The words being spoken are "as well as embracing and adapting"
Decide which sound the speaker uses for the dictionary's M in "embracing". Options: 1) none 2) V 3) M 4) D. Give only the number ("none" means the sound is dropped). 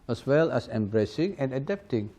3